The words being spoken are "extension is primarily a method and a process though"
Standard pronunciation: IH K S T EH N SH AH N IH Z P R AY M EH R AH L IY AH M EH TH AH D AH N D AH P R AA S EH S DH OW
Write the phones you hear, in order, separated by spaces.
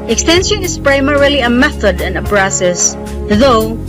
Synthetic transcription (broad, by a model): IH K S T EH N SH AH N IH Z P R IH M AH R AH L IY AH M EH TH AH D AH N AH B R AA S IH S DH OW